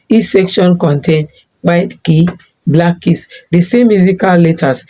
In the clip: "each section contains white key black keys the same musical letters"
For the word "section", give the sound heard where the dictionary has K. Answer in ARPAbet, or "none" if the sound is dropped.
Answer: K